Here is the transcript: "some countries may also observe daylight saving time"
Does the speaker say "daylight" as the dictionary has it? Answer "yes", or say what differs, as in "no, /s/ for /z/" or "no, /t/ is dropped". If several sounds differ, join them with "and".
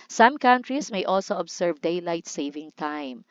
yes